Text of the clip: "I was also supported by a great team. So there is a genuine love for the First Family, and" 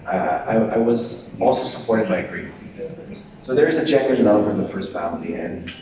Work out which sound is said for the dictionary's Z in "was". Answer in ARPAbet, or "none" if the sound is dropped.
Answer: Z